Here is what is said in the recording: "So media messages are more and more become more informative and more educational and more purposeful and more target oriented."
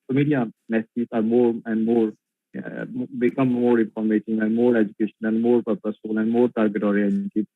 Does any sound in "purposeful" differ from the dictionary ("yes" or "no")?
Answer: yes